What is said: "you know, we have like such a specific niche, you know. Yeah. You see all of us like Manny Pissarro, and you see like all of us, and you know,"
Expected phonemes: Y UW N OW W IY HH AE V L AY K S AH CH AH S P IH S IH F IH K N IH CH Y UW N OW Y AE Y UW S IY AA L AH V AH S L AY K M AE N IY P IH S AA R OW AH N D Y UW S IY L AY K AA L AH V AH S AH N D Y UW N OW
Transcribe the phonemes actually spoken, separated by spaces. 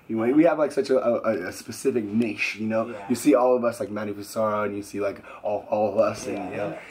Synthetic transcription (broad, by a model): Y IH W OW W IY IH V L AY K S AH CH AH S P IH S IH F IH K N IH SH Y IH N OW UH Y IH S IY AA L AH V AH S L AY K M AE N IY F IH S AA R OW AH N Y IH S IY L AY K AA L AH V AH S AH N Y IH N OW